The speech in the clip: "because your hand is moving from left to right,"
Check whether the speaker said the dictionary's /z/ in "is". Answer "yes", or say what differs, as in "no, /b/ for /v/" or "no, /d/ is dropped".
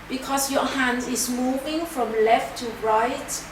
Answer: no, /s/ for /z/